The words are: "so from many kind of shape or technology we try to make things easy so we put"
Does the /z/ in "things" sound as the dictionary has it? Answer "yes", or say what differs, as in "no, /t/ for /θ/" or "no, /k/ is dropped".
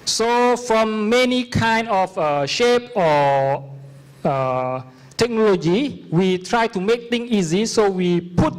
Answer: no, /z/ is dropped